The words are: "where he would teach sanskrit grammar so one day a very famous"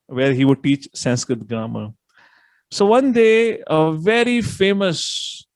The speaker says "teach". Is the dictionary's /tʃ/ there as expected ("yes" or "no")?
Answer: yes